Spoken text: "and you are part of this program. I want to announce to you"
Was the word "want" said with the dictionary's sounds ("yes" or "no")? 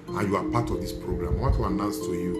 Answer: no